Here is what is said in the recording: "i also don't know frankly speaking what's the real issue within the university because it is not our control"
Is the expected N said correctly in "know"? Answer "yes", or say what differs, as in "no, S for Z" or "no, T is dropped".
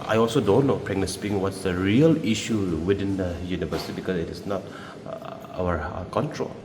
no, L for N